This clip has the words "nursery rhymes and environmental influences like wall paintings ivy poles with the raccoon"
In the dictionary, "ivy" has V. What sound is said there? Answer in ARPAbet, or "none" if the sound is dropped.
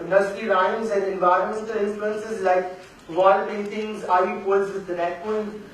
none